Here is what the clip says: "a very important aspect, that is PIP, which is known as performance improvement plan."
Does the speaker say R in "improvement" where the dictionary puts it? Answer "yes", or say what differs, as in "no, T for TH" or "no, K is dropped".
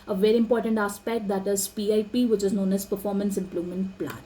no, L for R